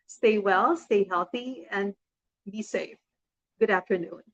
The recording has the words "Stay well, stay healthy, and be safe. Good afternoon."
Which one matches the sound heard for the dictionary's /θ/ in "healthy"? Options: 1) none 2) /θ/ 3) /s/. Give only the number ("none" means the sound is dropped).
2